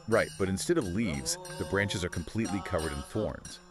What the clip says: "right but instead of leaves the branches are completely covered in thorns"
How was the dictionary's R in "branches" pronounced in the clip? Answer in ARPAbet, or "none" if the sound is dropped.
R